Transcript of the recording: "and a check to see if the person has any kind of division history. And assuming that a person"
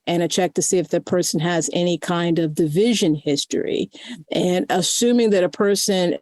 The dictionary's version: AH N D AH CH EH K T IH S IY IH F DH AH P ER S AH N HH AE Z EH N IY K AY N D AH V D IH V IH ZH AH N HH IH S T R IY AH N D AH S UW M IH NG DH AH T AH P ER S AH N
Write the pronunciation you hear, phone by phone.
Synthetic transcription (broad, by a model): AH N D AH CH EH K T IH S IY IH F DH AH P ER S N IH Z EH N IY K AY N D AH V D IH V IH ZH AH N HH IH S T R IY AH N AH S UW M IH NG DH AH T AH P ER S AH N